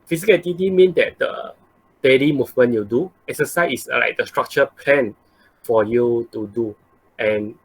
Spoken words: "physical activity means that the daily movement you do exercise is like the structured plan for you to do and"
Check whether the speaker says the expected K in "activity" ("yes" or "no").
no